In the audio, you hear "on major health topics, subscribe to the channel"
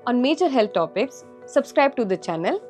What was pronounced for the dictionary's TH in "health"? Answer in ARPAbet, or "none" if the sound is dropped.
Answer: T